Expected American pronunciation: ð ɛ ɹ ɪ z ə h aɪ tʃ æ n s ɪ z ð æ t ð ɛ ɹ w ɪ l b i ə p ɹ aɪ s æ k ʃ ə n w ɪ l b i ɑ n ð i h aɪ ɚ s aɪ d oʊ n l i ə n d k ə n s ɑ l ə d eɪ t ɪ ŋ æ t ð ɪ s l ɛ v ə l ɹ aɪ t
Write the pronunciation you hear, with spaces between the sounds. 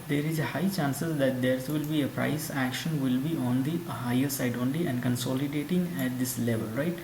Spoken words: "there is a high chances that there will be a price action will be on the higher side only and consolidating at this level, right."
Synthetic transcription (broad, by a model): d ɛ ɹ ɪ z ə h aɪ tʃ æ n s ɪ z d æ t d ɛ ɹ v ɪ l b i ə p ɹ aɪ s æ k ʃ ə n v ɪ l b i ɑ n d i h aɪ ɚ s aɪ d oʊ n l i ə n d k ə n s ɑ l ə d eɪ t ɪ ŋ æ t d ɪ s l ɛ v ə l ɹ aɪ t